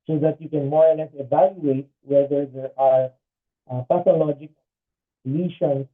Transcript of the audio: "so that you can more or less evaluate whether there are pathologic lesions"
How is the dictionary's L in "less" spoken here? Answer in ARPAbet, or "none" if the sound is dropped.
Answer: N